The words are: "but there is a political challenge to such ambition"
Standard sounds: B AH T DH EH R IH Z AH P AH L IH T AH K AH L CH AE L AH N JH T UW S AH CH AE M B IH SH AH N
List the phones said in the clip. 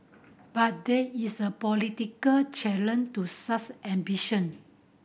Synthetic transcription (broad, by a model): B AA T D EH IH S AH P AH L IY T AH K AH L CH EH L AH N T UW S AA S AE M B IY SH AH N